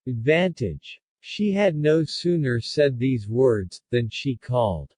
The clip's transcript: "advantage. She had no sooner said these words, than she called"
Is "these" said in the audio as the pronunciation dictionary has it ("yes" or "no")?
yes